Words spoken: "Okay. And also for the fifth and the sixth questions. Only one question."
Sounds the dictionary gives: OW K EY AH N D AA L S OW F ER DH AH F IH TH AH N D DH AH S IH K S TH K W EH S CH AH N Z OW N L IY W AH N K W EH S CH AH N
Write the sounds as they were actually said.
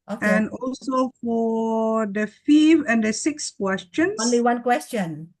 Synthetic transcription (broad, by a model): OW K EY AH N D AA L S OW F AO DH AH F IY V AH N D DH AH S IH K S K W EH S CH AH N OW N L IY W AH N K W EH S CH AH N